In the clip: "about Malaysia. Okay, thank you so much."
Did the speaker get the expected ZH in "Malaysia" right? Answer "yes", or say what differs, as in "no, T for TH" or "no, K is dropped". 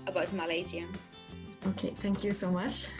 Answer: no, Z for ZH